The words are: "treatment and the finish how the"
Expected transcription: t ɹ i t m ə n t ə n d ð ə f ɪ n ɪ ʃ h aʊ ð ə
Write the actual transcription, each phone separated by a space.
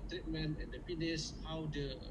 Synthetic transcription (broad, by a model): t ɹ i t m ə n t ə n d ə p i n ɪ s h aʊ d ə